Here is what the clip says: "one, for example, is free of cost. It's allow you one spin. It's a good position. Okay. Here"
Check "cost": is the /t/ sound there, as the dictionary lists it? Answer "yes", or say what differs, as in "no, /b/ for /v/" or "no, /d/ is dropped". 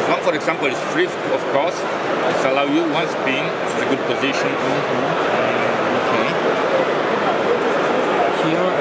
no, /t/ is dropped